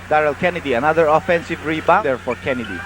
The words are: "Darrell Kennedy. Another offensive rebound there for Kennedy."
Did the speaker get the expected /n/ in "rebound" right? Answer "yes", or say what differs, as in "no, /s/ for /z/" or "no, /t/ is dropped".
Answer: no, /n/ is dropped